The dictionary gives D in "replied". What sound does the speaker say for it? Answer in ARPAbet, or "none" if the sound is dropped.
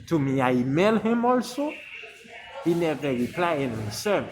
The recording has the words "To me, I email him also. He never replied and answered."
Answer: none